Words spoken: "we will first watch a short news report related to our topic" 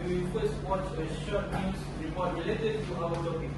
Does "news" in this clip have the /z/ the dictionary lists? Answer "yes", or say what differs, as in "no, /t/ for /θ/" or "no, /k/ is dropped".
no, /s/ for /z/